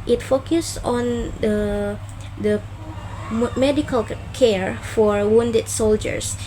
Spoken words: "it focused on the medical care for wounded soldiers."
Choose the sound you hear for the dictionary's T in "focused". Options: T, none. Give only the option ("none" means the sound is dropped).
none